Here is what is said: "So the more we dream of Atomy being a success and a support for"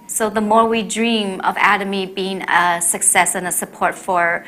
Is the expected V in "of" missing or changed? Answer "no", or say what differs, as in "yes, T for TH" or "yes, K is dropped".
no